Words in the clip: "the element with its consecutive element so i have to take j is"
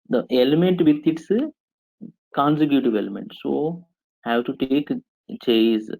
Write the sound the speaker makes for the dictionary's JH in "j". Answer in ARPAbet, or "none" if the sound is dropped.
CH